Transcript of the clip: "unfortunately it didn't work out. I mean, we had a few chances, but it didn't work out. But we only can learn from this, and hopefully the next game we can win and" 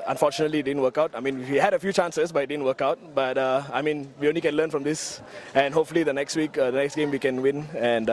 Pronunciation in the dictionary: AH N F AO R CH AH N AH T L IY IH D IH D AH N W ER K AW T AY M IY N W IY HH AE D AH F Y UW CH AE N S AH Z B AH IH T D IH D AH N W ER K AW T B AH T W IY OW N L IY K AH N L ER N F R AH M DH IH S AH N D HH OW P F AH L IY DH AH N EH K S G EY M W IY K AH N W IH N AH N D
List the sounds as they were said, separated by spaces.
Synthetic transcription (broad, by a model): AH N F AO CH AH N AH T L IY D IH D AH N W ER K AW T AY M IY N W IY HH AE D AH F Y UW CH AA N S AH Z B IH T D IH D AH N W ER K AW T B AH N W IY OW N L IY K AH N L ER N F R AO M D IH S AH N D HH OW P F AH W IY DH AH N EH K S G EY M W IY K AH N W IH N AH N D